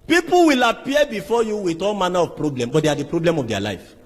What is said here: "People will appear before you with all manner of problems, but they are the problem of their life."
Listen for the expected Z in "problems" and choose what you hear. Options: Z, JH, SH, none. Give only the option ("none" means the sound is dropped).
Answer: none